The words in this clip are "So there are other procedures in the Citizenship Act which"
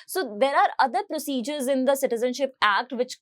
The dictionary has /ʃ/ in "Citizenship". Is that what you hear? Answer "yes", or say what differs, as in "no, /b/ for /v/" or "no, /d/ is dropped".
yes